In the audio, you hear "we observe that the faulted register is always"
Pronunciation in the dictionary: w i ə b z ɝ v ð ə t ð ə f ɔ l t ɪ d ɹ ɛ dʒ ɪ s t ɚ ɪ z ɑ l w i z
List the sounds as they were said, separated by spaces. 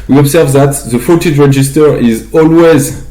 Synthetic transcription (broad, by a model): w i ə b z ɝ v ð ə t ð ə f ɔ t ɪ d ɹ ɛ dʒ ɪ s t ɚ ɪ z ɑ l w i z